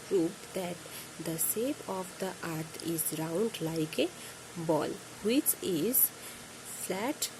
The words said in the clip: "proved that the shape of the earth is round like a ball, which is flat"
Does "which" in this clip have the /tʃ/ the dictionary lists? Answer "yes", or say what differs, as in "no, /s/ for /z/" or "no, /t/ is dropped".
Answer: yes